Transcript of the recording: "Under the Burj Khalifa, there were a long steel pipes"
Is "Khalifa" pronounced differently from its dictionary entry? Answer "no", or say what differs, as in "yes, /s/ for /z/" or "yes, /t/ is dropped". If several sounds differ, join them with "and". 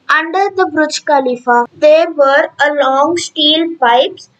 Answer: no